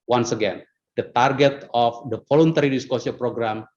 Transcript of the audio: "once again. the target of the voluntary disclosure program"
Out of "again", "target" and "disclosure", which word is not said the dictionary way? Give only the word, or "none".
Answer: disclosure